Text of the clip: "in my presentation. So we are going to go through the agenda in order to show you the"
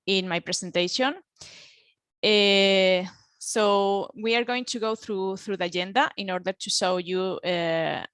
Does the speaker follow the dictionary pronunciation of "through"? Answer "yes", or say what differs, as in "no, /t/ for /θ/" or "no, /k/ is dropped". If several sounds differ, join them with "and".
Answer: yes